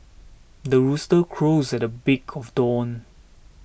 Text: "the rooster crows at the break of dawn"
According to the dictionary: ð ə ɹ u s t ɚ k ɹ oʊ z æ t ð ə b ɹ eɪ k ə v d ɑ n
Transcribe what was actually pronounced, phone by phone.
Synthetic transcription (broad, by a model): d ə ɹ u s t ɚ k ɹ oʊ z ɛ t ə b ɪ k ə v d ɑ n